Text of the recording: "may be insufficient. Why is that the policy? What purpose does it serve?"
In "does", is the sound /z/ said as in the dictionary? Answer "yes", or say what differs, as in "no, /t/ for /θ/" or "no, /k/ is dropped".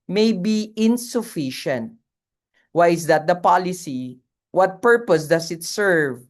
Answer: no, /s/ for /z/